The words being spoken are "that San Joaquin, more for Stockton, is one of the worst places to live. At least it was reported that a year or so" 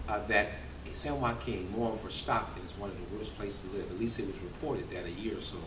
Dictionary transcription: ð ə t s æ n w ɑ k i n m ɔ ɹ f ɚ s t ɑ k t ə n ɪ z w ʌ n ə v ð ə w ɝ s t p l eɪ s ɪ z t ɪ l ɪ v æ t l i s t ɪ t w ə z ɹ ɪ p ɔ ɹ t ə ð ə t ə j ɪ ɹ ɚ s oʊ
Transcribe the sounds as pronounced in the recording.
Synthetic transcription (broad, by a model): ð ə t s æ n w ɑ k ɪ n m ɔ ɹ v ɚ s t ɑ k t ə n ɪ z w ʌ n ə v ð ə w ɝ s p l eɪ ɪ s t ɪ l ɪ v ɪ t l i s t ɪ t w ə z ɹ ɪ p ɔ ɹ t ə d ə t ə j ɪ ɹ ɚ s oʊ